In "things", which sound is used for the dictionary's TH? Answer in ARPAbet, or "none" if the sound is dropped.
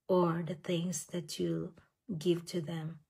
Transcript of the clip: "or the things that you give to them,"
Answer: T